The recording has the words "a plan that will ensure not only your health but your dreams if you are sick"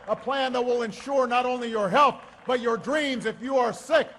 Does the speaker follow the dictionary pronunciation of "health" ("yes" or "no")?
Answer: yes